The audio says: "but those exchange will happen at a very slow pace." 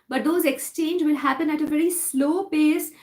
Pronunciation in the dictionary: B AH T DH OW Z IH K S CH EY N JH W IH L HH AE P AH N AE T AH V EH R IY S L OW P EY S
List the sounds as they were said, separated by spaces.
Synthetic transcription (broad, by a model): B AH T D OW Z IH K S CH EY N JH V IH L HH AE P AH N AE T AH V EH R IY S L OW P EY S